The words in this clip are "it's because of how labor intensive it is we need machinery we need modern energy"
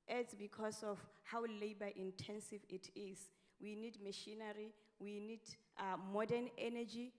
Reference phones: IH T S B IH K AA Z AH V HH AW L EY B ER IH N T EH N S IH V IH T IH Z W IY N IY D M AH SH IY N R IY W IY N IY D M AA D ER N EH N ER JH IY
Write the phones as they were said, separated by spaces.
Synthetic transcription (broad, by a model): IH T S B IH K AA S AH F HH AW L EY B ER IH N T EH N S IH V IH T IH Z W IY N IY D M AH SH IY N R IY W IY N IY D M AA D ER N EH N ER JH IY